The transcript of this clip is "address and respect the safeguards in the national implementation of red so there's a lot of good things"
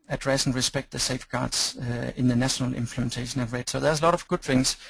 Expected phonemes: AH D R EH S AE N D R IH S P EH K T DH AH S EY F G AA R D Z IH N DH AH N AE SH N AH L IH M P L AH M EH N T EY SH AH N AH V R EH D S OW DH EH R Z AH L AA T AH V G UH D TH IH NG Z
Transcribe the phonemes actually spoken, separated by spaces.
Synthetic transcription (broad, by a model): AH D R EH S N R IH S P EH K T DH AH S EY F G AA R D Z IH N DH AH N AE SH N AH L IH M P L AH M EH N T EY SH AH N AH V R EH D S OW DH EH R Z AH L AA T AH V G UH D TH IH NG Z